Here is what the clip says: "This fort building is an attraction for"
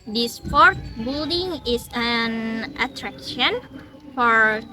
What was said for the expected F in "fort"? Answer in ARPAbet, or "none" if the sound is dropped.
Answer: P